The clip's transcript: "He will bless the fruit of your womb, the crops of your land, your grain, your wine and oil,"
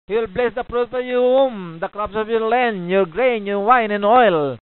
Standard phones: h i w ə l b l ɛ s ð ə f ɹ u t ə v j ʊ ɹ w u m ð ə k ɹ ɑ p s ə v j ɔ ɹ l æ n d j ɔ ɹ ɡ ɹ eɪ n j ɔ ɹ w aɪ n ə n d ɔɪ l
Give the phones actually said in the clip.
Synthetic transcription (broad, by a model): h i w ə l b l ɛ s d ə p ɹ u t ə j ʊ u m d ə k ɹ ɑ p s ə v j ɔ ɹ l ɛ n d j ɔ ɹ ɡ ɹ eɪ n j ɔ ɹ w aɪ n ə n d ɔɪ l